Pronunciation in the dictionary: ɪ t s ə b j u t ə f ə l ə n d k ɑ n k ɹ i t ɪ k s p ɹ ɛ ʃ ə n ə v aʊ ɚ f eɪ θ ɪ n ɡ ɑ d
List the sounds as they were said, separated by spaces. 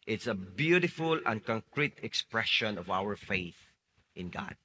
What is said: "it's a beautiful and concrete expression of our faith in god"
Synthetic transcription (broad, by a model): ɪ t s ə b j u t ə f ə l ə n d k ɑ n k ɹ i t ɪ k s p ɹ ɛ ʃ ə n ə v aʊ ɚ f eɪ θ ɪ n ɡ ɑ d